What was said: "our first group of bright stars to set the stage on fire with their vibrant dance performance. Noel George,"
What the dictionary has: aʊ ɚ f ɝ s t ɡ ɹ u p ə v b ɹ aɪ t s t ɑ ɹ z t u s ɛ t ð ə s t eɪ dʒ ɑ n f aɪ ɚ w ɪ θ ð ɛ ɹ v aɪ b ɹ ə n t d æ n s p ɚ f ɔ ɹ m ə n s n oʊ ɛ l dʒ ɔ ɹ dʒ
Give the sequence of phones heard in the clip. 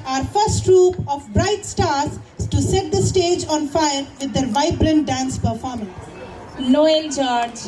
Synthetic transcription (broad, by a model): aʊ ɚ f ɝ s t ɹ u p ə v b ɹ aɪ t s t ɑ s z t u s ɛ t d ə s t eɪ dʒ ɑ n f aɪ ɚ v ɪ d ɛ ɹ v aɪ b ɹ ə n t d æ n s p ɚ f ɔ ɹ m ə n s l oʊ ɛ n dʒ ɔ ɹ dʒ